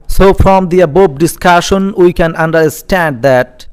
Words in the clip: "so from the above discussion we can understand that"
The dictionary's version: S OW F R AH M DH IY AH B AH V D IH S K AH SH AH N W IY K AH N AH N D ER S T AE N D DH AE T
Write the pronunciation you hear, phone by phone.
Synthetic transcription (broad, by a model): S OW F R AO M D IY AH B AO B D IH S K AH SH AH N W IY K AH N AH N D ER S T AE N D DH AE T